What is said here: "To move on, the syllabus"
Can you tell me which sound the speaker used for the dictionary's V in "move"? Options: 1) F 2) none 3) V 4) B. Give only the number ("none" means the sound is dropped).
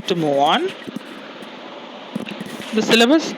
2